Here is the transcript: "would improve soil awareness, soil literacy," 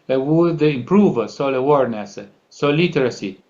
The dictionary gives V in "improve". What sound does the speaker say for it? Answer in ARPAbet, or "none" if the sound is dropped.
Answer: V